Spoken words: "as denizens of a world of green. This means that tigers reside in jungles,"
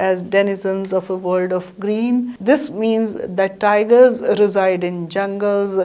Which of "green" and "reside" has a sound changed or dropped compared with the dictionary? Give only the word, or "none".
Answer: none